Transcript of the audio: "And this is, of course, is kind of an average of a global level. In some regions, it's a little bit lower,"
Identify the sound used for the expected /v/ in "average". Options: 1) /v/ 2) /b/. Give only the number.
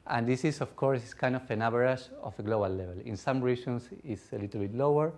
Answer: 2